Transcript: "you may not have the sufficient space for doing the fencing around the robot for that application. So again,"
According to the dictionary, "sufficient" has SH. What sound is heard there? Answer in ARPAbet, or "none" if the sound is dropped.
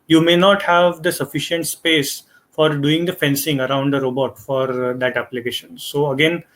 SH